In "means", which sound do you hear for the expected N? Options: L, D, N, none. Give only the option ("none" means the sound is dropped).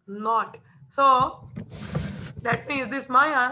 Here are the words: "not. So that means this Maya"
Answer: none